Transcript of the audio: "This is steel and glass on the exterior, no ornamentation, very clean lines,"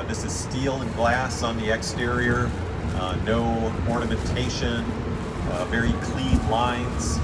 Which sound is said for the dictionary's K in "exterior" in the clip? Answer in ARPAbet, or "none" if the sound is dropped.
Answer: K